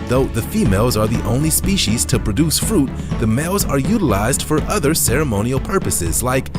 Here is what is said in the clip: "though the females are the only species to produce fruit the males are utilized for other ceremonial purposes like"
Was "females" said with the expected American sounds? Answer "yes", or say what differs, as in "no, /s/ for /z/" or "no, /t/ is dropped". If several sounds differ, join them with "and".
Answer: yes